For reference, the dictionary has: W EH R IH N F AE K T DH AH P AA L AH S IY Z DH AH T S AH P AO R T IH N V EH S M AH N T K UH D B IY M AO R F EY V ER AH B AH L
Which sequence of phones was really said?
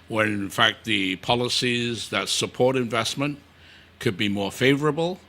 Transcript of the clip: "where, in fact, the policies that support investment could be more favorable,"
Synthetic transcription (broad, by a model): W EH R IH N F AE K T DH AH P AA L AH S IY Z DH AH T S AH P AO R T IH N V EH S M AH N K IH D B IY M AO R F EY V ER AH B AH L